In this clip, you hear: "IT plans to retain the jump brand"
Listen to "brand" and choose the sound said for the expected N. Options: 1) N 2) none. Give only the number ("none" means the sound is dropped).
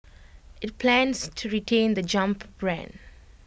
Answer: 1